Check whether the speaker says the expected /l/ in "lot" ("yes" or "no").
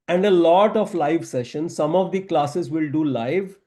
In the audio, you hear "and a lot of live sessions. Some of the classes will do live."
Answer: yes